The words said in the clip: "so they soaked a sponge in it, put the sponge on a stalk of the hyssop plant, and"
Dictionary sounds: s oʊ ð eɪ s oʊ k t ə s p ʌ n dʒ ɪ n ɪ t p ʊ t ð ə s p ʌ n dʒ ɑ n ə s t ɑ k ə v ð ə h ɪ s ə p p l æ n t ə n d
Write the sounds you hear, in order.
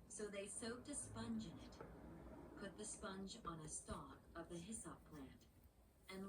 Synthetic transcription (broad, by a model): s oʊ ð eɪ s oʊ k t ə s p ʌ n dʒ ɪ n ɪ t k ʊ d ð ə s p ʌ n dʒ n ə s t ɑ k ə v ð ə h ɪ s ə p p l æ n t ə n